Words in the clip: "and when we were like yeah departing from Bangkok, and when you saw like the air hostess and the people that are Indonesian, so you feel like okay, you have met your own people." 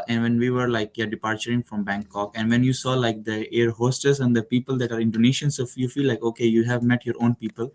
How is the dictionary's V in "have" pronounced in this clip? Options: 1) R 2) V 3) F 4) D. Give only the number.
2